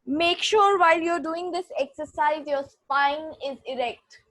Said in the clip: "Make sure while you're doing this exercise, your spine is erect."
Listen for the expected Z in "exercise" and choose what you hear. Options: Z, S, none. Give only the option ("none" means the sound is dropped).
Z